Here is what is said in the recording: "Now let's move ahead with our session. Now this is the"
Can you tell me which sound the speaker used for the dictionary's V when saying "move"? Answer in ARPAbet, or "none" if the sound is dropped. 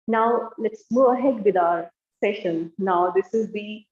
none